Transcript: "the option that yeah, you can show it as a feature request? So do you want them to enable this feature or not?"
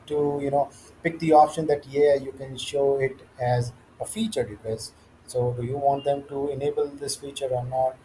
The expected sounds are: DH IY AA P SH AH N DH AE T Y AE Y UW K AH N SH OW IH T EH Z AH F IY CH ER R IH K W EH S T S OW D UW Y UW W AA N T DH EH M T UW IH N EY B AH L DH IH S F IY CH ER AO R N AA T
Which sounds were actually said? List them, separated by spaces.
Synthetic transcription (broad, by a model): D IY AA P SH AH N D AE T Y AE Y UW K AH N SH OW IH T EH Z AH F IY CH ER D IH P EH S S OW Y UW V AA N T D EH M T UW IH N EY B AH L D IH S F IY CH ER AO R N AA T